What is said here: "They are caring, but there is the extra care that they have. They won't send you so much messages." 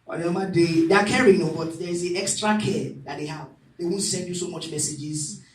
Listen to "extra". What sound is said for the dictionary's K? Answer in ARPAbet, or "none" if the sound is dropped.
K